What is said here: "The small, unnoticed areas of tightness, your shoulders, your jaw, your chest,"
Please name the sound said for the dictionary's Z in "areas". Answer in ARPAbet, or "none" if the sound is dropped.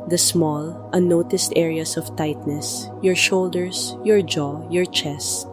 S